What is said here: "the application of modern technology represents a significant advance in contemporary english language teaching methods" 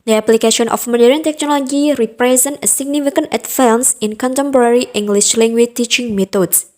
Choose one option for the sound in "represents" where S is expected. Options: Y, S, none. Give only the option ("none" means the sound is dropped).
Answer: none